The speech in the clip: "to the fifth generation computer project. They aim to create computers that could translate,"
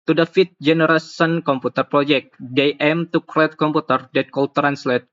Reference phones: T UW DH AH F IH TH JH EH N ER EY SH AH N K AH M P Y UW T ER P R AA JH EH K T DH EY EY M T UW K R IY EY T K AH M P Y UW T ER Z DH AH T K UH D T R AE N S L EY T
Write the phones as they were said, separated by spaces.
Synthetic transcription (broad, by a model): T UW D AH F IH T JH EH N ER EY S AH N K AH M P UW T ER P R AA JH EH K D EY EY M T UW K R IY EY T K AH M P UW T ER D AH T K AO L T R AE N S L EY T